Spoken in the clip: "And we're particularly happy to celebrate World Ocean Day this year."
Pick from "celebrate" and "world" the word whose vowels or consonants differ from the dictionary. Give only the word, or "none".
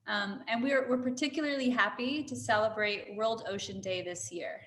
none